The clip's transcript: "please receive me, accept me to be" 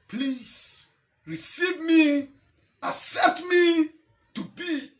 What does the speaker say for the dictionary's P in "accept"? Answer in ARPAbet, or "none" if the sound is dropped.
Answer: none